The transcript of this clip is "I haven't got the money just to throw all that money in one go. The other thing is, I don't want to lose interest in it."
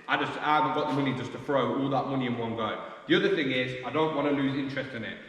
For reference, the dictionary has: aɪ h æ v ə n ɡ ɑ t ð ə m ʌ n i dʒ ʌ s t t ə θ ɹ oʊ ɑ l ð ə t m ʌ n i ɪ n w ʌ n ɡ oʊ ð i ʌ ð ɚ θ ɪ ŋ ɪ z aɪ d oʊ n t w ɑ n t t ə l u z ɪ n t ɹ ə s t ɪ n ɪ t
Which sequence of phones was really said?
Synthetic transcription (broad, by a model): aɪ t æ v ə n ɡ ɑ t ð ə m ʌ n i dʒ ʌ s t t ə f ɹ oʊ ɑ l ð ə t m ʌ n i ɪ n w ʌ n ɡ oʊ ð i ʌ ð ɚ θ ɪ ŋ ɪ z aɪ d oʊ n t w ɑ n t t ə l u z ɪ n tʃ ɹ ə s t ɪ n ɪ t